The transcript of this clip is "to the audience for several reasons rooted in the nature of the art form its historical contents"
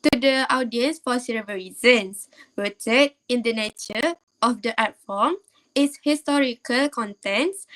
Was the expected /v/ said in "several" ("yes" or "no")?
no